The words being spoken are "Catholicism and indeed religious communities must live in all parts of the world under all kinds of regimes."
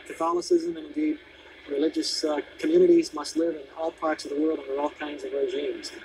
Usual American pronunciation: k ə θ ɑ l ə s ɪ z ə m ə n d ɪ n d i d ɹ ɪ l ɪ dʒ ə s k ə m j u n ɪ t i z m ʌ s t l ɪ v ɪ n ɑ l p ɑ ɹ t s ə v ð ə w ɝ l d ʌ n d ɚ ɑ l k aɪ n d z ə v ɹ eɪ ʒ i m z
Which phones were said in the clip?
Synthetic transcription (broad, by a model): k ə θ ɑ l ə s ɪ z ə m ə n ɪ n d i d ɹ ɪ l ɪ dʒ ə s k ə m j u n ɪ t i z m ʌ s t l ɪ v ɪ n ɑ l p ɑ ɹ t s ə v ð ə w ɝ l d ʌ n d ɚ ɑ l k aɪ n d z ə v ɹ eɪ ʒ i m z